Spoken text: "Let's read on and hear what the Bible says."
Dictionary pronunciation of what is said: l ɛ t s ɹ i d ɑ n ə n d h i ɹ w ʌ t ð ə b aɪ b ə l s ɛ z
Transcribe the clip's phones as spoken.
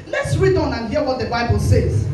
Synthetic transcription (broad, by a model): l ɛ t s ɹ i d ɑ n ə n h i w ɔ t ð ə b aɪ b ə l s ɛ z